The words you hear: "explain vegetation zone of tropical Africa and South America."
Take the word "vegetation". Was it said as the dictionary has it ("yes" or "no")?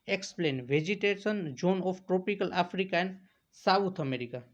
no